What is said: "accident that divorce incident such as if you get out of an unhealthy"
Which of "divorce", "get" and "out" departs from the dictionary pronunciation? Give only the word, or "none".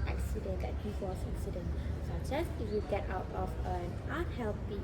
divorce